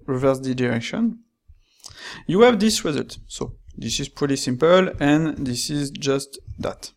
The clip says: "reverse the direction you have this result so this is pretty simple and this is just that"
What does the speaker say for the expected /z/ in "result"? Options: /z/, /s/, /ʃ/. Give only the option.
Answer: /z/